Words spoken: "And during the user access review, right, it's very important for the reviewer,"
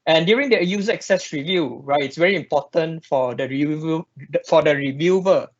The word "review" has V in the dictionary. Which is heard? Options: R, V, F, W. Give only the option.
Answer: V